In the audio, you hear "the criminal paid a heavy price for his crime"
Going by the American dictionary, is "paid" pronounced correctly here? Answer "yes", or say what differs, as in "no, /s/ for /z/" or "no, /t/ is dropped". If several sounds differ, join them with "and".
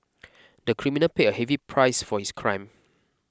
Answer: no, /d/ is dropped